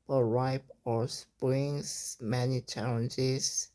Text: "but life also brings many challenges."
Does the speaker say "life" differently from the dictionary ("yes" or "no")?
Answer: yes